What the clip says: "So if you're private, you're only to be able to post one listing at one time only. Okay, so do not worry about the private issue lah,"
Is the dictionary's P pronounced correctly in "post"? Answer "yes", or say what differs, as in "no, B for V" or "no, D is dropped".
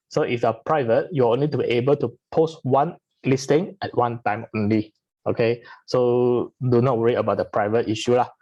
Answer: yes